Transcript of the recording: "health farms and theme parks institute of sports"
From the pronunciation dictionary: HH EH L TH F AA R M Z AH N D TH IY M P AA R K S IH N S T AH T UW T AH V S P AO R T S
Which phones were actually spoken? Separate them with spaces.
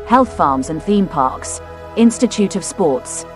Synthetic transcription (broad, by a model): HH EH L TH F AA M Z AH N TH IY M P AA K S IH N S T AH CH UW T AH V S P AO T S